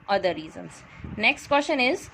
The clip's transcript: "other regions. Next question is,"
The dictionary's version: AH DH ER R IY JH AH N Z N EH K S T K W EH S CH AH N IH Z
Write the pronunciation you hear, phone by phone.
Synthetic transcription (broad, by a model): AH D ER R IY Z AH N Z N EH K S T K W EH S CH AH N IH Z